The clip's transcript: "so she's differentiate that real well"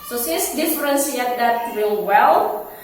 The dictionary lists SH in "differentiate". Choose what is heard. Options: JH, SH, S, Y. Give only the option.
S